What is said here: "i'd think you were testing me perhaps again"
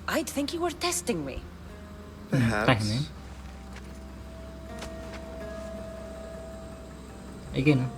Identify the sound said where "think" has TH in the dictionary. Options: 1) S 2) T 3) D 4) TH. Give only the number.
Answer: 4